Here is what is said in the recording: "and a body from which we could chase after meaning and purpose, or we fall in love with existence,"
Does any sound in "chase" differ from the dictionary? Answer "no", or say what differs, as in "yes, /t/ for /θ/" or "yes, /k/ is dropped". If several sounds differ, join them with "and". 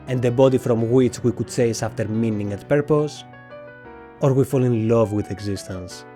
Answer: yes, /s/ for /tʃ/